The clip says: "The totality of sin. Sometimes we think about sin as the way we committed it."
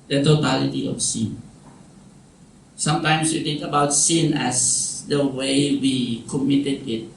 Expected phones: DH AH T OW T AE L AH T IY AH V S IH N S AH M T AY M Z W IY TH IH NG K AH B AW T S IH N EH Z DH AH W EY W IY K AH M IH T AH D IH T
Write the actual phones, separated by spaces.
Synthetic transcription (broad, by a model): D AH T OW T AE L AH T IY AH F S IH N S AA M T AY M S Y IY T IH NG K AH B AW T S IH N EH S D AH W EY W IY K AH M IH T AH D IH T